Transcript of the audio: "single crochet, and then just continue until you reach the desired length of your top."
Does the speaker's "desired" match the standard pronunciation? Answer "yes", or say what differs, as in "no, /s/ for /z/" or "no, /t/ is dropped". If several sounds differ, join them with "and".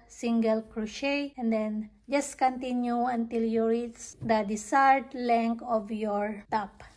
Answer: no, /s/ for /z/